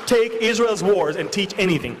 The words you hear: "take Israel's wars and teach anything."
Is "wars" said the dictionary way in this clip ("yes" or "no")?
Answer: yes